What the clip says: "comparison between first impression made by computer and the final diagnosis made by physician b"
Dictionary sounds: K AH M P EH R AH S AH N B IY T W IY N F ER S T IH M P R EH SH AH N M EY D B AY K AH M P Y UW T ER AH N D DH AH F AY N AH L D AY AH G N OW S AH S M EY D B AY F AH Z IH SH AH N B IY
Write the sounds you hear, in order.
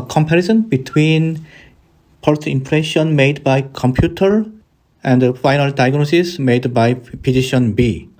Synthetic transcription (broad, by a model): K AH M P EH R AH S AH N B IY T W IY N P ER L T IH M P R EH SH AH N M EY D B AY K AH M P Y UW T ER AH N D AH F AY N AH L D AY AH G N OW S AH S M EY D B AY P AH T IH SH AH N B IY